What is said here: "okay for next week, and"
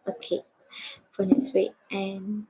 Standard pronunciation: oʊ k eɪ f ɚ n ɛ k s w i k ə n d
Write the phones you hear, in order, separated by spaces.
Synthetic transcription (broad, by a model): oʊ k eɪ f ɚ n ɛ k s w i ə n